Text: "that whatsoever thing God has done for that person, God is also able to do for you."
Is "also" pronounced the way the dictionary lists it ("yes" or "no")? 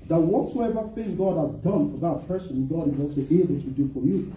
no